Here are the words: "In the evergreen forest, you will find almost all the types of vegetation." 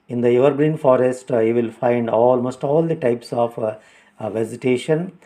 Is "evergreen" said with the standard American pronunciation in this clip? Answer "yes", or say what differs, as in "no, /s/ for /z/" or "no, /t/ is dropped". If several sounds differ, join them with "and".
yes